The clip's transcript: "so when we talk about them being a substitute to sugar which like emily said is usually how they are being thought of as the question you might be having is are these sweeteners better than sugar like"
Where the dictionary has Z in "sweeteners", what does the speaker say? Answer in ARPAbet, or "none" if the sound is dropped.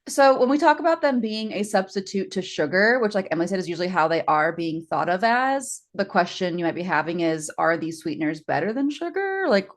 Z